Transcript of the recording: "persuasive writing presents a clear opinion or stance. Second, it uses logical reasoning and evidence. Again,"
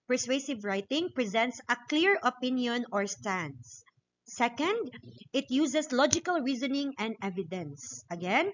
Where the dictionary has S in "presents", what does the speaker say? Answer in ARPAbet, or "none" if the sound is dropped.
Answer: S